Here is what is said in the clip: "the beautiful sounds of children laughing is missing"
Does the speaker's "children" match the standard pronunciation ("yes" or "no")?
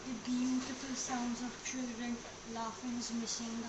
yes